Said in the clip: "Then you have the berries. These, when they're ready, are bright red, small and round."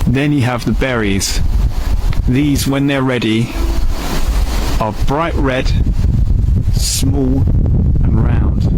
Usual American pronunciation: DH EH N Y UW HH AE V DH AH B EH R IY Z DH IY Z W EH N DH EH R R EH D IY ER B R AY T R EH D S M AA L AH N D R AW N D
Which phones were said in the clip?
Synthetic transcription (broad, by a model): DH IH N Y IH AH V DH AH B EH R IY Z DH IY Z W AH N DH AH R R EH D IY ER B R AY T R EH D S M AA L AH N R AW N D